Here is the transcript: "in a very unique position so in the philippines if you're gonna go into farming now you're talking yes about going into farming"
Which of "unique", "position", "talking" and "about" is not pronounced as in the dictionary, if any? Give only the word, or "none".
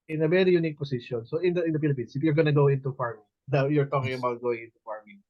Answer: position